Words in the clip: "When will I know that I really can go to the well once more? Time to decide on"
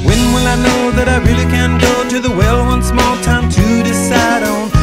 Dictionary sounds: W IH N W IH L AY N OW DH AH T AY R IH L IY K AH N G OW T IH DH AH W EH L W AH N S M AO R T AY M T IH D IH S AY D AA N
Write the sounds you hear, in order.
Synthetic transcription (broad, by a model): W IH N W IH L AY N OW DH AH T AY R IH L IY K AH N G OW T IH DH AH W EH L W AH N S M AO L T AY M T IH D IH S AY D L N